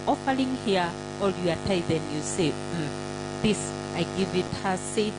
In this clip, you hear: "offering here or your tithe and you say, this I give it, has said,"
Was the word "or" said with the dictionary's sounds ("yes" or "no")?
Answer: no